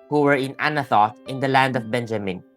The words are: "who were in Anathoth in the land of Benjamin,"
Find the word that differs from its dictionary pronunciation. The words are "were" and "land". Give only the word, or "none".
none